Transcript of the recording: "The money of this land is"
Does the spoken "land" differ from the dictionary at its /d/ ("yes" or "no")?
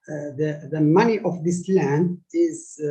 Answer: no